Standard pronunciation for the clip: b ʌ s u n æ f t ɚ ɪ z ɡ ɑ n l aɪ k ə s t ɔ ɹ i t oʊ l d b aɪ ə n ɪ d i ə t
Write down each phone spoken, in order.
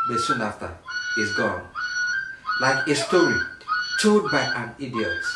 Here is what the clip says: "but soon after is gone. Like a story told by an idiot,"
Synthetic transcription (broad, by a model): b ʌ s u n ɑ f t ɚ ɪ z ɡ ɑ n l aɪ k ə s t ɔ ɹ i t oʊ d b aɪ ə n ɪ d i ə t